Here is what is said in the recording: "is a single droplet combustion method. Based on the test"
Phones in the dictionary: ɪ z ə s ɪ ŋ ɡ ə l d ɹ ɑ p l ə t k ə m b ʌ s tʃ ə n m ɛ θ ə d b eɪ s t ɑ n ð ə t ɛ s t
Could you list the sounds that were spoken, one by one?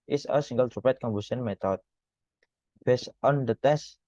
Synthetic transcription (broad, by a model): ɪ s ə s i ŋ ɡ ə l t ɹ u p ə t k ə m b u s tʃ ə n m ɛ t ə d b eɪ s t ɑ n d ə t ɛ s